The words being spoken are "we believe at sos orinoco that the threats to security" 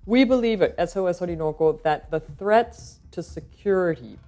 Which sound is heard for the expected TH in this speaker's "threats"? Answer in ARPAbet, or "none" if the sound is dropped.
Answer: TH